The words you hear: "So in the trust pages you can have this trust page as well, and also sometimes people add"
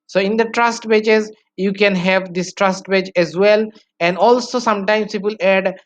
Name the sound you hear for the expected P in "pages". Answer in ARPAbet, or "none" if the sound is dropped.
B